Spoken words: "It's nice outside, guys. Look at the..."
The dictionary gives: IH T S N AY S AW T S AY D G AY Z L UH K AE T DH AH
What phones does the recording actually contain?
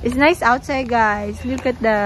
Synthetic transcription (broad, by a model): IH T S N AY S AW T S AY D G AY S L UH K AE T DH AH